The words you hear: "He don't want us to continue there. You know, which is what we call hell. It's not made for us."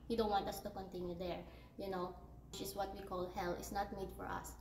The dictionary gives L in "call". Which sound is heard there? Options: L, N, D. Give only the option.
L